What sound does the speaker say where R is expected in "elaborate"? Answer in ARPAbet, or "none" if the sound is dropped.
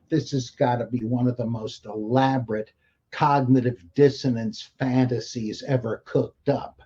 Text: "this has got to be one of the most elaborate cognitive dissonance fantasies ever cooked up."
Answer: R